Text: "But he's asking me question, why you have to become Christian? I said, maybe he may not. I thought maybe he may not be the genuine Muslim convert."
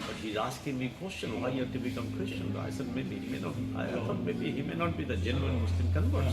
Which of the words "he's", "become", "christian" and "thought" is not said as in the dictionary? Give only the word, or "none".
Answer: thought